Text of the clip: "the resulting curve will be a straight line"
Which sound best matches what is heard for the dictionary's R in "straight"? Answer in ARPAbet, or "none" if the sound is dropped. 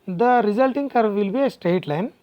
R